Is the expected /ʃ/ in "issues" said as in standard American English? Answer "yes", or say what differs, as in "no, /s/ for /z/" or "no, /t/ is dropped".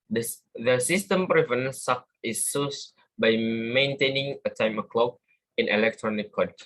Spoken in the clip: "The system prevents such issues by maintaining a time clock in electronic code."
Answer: no, /s/ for /ʃ/